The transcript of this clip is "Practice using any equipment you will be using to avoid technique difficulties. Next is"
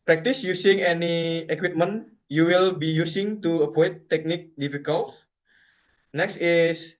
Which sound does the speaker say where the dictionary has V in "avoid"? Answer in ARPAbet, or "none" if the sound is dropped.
P